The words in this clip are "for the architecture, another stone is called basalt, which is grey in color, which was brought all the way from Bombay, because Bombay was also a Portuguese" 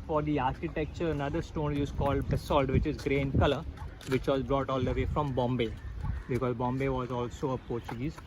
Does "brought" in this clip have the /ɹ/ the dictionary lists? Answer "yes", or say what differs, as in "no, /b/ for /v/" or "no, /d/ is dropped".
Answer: yes